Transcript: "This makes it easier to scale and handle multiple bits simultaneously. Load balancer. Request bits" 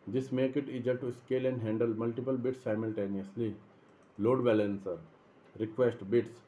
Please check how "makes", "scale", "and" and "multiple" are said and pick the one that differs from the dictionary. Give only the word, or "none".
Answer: makes